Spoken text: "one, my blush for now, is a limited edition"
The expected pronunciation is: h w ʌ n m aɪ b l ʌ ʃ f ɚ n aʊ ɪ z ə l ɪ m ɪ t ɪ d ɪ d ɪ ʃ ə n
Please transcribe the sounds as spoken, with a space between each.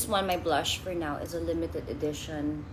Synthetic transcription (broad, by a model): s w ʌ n m aɪ b l ʌ ʃ f ɚ n aʊ ɪ z ə l ɪ m ɪ t ɪ d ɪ d ɪ ʃ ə n